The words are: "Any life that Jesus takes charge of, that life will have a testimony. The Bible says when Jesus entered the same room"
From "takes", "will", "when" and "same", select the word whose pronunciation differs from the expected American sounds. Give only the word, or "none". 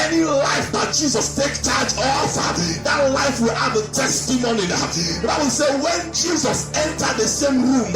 takes